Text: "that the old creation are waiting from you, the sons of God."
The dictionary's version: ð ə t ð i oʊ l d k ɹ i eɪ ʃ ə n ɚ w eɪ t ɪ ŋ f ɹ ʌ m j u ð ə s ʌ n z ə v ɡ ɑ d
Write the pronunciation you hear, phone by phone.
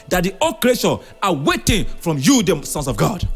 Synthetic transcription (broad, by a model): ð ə t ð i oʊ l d k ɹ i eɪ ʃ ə ɑ w eɪ t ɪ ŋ f ɹ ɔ m j u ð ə s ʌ n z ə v ɡ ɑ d